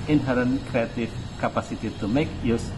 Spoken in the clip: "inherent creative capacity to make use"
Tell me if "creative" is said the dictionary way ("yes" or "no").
no